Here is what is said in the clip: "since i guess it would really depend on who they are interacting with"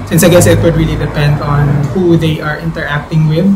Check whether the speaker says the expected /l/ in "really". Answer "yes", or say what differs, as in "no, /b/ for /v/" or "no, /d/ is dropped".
yes